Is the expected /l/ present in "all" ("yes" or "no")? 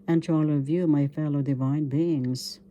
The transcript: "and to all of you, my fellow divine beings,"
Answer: yes